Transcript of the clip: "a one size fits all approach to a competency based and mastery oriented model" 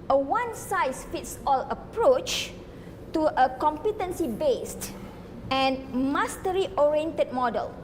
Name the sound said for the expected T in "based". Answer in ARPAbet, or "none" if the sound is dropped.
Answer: T